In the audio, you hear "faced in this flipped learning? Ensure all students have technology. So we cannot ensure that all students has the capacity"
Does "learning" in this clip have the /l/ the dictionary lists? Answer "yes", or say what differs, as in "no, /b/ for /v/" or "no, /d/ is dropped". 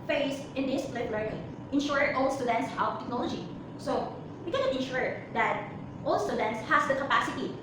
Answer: yes